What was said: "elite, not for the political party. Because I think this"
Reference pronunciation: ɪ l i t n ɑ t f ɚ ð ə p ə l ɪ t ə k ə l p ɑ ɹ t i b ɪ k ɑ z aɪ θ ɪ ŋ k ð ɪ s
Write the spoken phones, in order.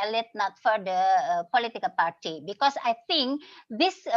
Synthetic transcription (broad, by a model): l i t n ɑ t f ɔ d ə p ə l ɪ t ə k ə l p ɑ ɹ t i b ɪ k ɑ s aɪ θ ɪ ŋ k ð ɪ s